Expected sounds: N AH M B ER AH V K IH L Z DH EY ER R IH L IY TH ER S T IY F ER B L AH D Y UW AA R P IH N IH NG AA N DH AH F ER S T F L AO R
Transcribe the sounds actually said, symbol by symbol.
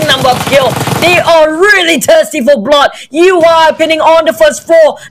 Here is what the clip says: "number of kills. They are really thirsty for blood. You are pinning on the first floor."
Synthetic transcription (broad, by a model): N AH M B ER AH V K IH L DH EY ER R IH L IY T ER S T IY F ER B L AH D Y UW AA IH P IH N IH NG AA N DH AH F ER S T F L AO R